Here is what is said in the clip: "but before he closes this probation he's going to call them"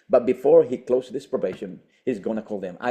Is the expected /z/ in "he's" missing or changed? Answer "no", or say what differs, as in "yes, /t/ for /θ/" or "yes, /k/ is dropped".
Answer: no